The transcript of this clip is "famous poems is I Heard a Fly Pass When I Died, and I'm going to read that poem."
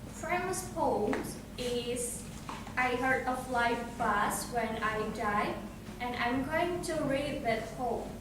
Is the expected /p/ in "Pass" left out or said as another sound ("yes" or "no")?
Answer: yes